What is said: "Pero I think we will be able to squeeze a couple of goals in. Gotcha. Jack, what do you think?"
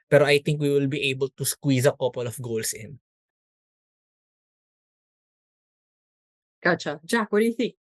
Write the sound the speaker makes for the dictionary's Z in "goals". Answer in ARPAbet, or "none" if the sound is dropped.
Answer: S